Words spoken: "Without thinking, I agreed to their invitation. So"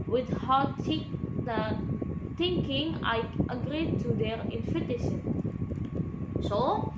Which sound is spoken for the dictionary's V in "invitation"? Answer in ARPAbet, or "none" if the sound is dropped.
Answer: F